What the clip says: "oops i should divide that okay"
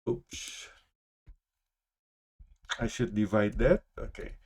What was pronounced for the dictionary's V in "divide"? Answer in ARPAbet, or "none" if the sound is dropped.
V